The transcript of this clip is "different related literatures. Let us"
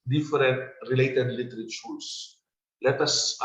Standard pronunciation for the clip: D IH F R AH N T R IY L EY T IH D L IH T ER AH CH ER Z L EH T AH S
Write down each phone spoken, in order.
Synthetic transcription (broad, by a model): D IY F R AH N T R IY L EY T IH D L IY T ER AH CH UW S L EH T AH S